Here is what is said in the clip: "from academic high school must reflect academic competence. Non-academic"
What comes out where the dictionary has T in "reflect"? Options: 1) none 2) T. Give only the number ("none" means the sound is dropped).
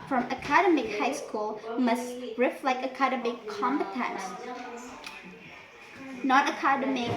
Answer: 1